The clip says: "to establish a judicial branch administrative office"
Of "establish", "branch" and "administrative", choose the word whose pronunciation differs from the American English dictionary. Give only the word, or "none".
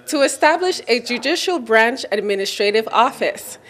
none